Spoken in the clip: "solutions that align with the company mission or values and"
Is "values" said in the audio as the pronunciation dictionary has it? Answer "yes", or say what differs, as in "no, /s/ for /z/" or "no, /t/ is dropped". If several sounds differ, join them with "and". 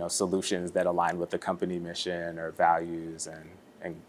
yes